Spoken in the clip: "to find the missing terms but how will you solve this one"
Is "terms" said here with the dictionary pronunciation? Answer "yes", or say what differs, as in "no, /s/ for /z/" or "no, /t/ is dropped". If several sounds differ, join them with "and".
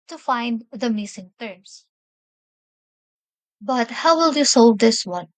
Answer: no, /s/ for /z/